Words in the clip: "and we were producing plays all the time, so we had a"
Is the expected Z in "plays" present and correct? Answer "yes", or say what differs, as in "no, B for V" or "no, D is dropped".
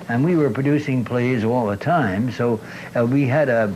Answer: yes